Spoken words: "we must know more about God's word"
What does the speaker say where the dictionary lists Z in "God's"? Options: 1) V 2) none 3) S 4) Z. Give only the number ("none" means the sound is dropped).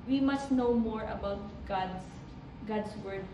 3